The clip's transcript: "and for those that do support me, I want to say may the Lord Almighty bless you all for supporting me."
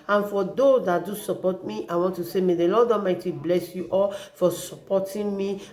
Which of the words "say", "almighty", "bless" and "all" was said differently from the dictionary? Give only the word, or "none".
almighty